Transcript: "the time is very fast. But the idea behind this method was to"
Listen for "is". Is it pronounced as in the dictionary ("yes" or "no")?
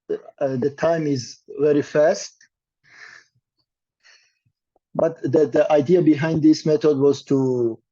yes